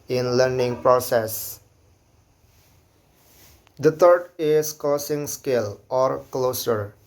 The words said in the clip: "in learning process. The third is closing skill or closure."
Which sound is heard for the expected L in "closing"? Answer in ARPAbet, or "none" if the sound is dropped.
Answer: none